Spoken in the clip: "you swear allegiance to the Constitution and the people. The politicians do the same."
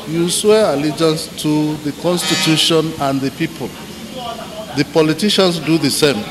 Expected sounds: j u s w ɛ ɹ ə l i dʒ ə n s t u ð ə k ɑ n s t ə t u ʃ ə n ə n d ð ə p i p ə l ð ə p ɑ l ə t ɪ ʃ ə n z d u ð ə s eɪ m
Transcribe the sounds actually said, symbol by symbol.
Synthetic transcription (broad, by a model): j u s w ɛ ə l i dʒ ə n s t u ð ə k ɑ n s t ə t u ʃ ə n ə n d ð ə p i p ə l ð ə p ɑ l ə t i ʃ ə n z d u ð ə s eɪ m